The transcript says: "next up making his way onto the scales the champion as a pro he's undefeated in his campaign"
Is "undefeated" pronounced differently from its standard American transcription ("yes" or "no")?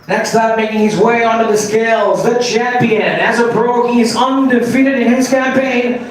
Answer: no